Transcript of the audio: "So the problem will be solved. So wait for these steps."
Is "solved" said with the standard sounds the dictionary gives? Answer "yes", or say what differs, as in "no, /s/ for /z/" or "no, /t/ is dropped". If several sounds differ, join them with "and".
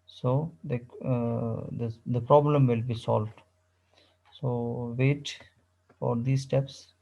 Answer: yes